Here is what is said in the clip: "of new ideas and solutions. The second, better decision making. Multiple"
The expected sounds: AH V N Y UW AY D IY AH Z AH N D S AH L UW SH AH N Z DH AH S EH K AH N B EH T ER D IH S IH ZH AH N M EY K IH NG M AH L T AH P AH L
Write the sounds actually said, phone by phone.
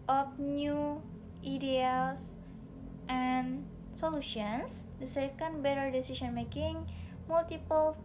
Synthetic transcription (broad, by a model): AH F N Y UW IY D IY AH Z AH N S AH L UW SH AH N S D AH S EH K AH N B EH T ER D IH S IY S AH N M EY K IH NG M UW L T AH P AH L